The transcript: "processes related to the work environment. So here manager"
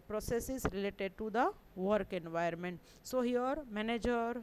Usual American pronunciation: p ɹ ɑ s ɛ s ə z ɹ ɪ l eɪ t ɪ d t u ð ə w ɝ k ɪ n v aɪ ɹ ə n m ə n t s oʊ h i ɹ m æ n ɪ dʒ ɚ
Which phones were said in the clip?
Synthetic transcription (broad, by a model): p ɹ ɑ s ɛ s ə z ɹ ɪ l eɪ t ɪ d t u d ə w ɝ k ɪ n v aɪ ə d m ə n t s oʊ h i ɹ m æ n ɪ dʒ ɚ